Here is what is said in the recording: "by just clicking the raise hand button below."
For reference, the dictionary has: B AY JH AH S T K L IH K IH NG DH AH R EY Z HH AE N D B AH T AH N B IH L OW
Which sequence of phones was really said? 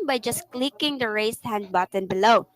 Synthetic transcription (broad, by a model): B AY JH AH S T K L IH K IH NG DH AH R EY S HH AE N D B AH T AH N B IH L OW